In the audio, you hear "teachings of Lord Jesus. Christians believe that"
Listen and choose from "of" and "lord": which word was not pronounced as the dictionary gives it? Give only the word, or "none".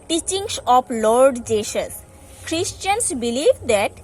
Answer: of